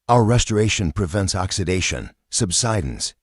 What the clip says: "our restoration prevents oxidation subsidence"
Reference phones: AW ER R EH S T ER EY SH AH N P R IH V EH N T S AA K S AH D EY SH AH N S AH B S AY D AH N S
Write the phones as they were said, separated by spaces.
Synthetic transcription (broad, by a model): AW ER R EH S T ER EY SH AH N P R IH V EH N T S AA K S AH D EY SH AH N S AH B S AY D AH N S